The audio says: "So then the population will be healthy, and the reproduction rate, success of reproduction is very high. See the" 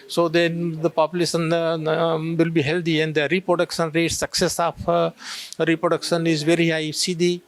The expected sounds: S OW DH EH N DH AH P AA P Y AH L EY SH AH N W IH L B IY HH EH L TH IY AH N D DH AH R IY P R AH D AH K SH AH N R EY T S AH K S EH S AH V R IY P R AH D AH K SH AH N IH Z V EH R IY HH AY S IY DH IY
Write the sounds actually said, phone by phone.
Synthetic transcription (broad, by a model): S OW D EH N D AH P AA P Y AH L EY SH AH N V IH L B IY HH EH L T IY AH N D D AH R IY P R AH D AH K SH AH N R EY T S AH K S EH S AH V R IY P R AH D AH K SH AH N IH Z V EH R IY HH AY S IY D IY